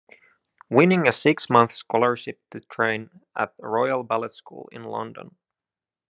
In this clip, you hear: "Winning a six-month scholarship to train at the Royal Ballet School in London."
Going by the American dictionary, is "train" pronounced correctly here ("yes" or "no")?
yes